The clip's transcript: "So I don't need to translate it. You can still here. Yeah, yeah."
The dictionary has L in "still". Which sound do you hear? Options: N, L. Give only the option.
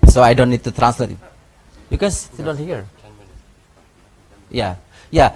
N